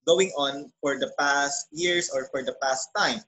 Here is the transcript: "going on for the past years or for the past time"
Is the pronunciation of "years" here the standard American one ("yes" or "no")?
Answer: no